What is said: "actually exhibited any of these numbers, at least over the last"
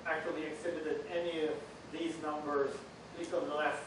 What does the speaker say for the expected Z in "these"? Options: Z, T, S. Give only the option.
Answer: Z